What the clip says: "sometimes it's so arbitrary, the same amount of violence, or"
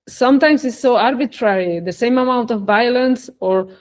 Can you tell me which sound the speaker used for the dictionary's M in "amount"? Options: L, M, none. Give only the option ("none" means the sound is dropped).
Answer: M